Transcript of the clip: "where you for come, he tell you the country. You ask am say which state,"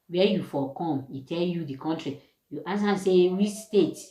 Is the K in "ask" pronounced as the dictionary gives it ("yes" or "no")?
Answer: no